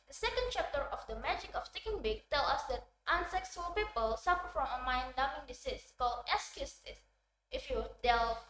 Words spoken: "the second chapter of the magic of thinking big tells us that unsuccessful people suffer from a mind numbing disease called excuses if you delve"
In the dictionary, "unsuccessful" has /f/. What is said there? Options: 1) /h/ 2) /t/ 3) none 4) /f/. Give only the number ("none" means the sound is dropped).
3